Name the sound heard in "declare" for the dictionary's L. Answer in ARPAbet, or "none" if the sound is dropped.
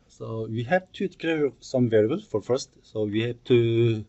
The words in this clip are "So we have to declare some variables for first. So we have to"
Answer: none